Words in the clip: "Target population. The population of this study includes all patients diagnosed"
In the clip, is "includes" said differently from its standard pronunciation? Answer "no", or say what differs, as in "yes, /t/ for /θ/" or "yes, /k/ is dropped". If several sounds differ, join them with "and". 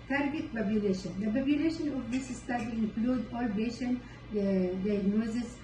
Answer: yes, /z/ is dropped